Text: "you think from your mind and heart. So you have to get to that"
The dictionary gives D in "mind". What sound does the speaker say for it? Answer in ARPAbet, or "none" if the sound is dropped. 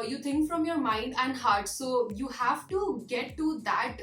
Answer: D